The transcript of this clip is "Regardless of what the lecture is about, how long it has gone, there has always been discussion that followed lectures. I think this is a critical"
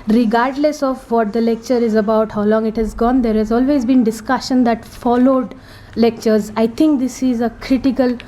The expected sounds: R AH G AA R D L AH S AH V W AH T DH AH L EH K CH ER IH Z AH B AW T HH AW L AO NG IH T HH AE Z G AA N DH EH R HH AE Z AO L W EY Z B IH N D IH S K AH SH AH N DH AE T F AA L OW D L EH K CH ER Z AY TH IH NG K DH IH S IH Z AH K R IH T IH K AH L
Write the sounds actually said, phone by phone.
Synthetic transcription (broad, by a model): R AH G AA R D L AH S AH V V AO T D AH L EH K CH ER IH Z AH B AW T HH AW L AO NG IH T HH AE Z G AA N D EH R HH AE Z AO L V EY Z B IH N D IH S K AH SH AH N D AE T F AA L OW D L EH K CH ER Z AY T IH NG K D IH S IH Z AH K R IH T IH K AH L